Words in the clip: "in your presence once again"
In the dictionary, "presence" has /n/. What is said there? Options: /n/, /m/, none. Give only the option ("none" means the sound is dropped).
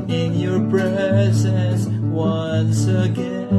none